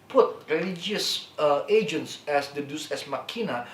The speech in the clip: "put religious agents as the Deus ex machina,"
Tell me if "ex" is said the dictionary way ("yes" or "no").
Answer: no